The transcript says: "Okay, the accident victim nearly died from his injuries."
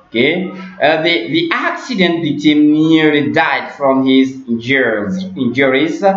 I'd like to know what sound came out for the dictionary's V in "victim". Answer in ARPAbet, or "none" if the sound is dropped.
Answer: B